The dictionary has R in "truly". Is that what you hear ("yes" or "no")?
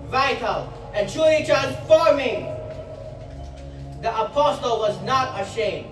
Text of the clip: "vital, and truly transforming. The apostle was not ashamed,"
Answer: no